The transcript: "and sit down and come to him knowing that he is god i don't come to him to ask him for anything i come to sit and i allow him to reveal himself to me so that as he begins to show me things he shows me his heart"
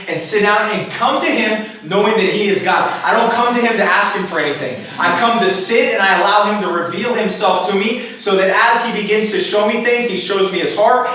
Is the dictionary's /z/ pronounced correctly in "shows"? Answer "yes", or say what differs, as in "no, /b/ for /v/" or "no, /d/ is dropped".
yes